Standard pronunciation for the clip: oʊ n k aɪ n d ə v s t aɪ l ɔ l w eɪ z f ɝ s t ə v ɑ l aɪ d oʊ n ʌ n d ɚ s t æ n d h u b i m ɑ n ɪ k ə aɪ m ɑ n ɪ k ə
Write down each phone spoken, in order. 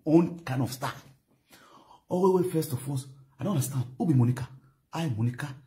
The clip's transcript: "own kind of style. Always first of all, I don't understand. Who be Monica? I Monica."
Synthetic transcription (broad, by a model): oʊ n k aɪ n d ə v s t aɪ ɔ w w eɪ f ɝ s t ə f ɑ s aɪ d oʊ n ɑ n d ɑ s t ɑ n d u b i m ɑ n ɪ k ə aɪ m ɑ n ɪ k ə